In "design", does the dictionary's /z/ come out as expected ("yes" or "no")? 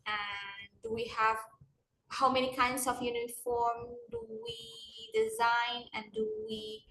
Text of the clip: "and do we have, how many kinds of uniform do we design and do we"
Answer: yes